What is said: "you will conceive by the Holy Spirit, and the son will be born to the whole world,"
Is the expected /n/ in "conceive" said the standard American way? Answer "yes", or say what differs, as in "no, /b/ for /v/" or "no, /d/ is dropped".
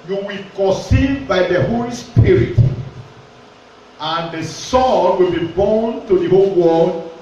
no, /n/ is dropped